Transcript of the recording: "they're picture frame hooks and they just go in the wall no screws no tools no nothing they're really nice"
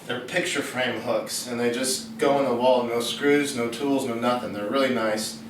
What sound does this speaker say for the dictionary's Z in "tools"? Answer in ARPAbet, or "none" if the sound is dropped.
Z